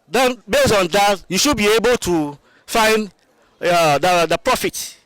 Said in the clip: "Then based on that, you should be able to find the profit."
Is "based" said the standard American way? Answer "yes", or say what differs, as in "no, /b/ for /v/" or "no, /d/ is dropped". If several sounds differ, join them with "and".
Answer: no, /t/ is dropped